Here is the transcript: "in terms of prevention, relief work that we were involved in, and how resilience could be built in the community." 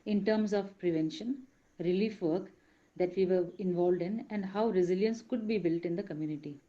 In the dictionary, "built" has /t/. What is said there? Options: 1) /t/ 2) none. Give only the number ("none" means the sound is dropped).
1